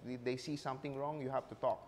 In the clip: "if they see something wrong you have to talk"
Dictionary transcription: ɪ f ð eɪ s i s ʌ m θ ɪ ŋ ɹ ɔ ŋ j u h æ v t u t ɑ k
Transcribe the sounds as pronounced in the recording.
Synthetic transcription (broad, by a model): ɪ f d eɪ s i s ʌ m t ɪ ŋ ɹ ɔ ŋ j u h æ f t u t ɑ k